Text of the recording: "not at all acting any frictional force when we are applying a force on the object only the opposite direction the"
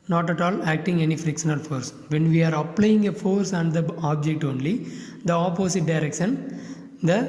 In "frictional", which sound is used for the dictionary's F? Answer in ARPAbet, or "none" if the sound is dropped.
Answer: F